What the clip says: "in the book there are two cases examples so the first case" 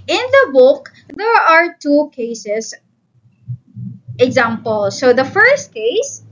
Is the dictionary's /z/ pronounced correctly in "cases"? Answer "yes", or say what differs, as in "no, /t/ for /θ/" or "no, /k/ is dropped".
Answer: no, /s/ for /z/